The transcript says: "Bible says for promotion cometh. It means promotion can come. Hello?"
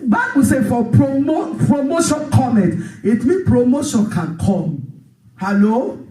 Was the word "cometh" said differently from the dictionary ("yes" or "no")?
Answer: yes